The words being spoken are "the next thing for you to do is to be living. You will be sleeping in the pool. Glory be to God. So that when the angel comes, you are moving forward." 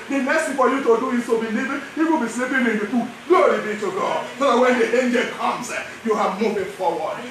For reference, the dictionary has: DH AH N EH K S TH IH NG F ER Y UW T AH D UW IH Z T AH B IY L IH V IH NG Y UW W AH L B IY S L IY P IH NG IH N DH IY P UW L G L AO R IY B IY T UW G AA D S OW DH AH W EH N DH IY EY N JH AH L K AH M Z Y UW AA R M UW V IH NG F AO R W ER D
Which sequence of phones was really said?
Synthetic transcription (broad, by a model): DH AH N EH S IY F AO Y UW T AH D UW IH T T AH B IY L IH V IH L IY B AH B IY S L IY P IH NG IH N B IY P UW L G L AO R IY B IY T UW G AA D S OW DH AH W EH N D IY EY N JH AH L K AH M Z Y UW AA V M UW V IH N F AO W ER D